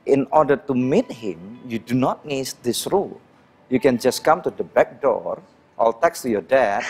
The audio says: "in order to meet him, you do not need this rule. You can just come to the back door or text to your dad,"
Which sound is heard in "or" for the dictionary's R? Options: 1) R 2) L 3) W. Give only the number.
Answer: 2